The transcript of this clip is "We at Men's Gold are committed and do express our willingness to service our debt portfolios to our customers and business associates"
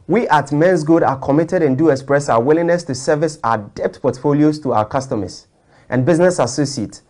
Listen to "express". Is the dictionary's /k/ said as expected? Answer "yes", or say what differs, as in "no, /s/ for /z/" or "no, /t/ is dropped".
yes